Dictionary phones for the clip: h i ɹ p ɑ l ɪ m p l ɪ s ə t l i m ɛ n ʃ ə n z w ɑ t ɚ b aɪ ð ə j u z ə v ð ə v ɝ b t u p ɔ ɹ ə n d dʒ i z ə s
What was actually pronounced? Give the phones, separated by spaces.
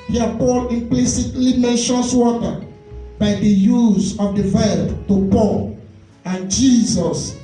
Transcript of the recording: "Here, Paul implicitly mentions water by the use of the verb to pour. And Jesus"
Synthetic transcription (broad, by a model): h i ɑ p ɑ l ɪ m p l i s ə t l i m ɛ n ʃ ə n s w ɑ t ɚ b aɪ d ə j u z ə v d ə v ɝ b t u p ɔ l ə n dʒ i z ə s